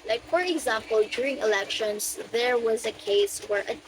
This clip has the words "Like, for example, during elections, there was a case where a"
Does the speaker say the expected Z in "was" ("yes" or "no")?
yes